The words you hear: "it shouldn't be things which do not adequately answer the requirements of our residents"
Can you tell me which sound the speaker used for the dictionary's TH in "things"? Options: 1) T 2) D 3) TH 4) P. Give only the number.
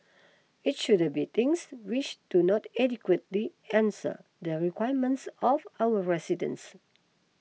1